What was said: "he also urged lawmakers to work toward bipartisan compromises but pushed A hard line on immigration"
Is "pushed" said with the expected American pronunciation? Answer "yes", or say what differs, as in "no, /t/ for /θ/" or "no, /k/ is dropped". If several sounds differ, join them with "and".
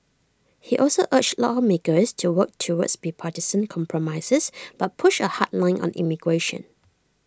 no, /t/ is dropped